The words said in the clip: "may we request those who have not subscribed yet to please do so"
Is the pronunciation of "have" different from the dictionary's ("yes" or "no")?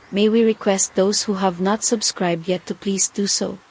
no